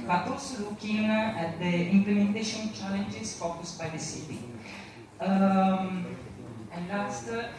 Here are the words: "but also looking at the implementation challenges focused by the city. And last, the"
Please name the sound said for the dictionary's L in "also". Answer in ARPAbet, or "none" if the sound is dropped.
none